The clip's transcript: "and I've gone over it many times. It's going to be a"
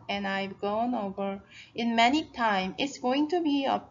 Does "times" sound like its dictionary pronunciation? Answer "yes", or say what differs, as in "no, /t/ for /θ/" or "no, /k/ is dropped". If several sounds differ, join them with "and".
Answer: no, /z/ is dropped